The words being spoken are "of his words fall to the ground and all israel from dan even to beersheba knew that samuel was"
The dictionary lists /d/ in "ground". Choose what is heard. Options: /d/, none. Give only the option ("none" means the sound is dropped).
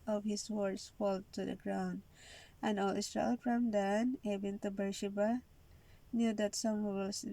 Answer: /d/